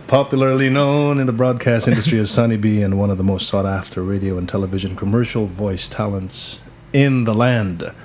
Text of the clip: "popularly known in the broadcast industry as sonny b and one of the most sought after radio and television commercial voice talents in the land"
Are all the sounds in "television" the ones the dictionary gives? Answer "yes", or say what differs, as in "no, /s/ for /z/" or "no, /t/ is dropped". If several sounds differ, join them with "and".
yes